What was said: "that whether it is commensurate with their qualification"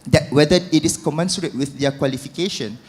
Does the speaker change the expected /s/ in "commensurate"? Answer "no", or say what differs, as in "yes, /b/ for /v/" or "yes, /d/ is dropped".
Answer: no